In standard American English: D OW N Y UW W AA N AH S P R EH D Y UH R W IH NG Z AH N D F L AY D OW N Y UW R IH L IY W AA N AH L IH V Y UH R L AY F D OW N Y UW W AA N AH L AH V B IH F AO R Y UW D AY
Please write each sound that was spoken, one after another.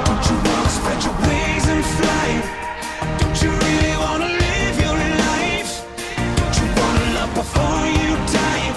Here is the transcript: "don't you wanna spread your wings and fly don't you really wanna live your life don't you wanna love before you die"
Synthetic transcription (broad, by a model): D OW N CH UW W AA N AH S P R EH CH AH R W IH Z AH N F L AY D OW N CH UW R IH L IY W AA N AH L IH V Y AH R N AY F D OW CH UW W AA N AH L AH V B IH F AO R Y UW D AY